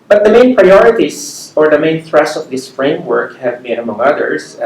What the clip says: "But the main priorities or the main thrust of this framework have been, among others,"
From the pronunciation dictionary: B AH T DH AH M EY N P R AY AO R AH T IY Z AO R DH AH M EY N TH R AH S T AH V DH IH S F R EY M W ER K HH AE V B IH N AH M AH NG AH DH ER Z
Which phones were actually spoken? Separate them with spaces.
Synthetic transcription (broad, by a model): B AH T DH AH M EY N P R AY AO R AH T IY S AO R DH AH M EY N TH R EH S AH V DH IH S F R EY M W ER K HH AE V B IH N AH M AH NG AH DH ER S